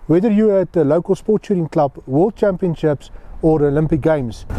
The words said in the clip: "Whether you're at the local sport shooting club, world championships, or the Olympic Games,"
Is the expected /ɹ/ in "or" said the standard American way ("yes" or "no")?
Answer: yes